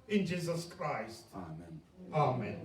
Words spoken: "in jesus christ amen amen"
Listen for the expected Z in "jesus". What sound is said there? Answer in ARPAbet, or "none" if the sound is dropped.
Z